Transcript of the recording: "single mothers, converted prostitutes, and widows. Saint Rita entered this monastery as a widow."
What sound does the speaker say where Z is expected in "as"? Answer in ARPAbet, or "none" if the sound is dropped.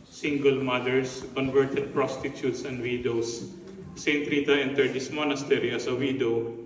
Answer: S